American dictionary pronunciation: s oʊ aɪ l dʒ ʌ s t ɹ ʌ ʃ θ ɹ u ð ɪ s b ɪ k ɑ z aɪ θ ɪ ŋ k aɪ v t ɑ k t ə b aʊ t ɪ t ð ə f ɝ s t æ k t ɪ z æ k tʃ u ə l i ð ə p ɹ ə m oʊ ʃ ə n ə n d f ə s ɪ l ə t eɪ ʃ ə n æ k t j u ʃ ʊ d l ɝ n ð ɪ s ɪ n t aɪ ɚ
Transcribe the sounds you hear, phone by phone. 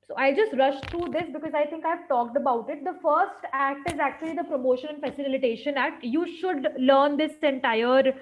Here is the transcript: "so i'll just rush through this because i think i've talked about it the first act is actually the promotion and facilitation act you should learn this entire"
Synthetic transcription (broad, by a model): s oʊ aɪ l dʒ ʌ s t ɹ ʌ ʃ t ɹ u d ɪ s b ɪ k ɑ z aɪ t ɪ ŋ k aɪ v t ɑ k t ə b aʊ t ɪ t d ə f ɝ s t æ k t ɪ z æ k tʃ u ə l i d ə p ɹ ə m oʊ ʃ ə n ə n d f ə s ɪ l ə t eɪ ʃ ə n æ k t j u ʃ ʊ d l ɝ n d ɪ s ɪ n t aɪ ɚ